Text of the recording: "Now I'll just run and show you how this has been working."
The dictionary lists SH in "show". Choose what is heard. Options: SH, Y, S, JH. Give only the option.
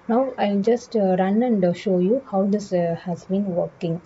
SH